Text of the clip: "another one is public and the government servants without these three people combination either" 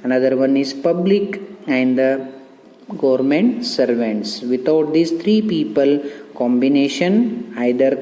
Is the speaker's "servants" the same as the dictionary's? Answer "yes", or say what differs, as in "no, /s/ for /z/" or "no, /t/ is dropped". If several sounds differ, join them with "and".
yes